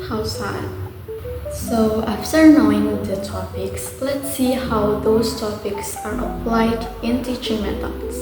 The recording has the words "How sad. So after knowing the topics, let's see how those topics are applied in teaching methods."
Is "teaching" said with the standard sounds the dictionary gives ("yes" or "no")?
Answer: yes